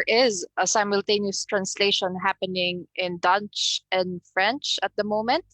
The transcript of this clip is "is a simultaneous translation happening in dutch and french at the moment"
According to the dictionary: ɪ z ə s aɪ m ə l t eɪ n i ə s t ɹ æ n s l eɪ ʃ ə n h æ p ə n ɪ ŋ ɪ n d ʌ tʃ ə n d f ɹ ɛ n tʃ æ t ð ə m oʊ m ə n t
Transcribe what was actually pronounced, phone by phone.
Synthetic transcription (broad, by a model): ɪ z ə s aɪ m ə l t eɪ n i ə s t ɹ æ n s l eɪ ʃ ə n h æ p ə n ɪ ŋ ɪ n d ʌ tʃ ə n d f ɹ ɛ n tʃ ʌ t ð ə m oʊ m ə n t